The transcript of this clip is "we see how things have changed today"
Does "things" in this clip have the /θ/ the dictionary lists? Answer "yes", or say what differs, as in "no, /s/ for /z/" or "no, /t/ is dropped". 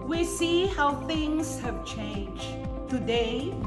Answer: yes